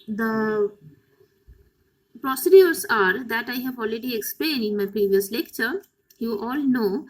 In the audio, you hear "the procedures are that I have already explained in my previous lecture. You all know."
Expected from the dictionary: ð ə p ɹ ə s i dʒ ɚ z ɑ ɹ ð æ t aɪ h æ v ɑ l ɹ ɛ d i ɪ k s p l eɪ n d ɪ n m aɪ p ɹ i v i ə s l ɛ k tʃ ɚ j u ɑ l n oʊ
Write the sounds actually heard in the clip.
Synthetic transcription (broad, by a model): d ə p ɹ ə s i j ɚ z ɑ ɹ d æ t aɪ h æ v ɑ l ɹ ɛ d i ɪ k s p l eɪ n d ɪ n m aɪ p ɹ i v i ə s l ɛ k tʃ ɚ j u ɑ l n oʊ